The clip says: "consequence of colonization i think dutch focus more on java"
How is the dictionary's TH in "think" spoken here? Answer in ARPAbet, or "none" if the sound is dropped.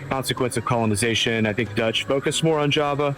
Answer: TH